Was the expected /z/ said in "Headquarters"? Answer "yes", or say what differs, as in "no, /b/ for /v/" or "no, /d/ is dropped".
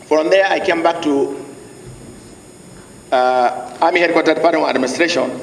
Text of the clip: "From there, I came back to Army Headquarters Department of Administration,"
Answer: no, /z/ is dropped